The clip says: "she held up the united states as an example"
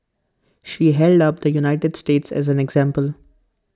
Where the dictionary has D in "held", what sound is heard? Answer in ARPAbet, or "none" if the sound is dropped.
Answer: D